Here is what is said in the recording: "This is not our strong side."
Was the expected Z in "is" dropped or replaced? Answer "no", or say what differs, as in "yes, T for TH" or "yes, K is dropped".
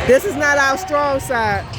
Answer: no